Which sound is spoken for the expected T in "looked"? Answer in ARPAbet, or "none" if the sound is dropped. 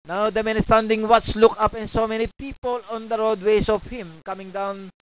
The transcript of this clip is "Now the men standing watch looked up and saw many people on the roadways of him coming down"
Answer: none